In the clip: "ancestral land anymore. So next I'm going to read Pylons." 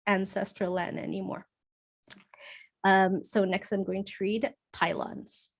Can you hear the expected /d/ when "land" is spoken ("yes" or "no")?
no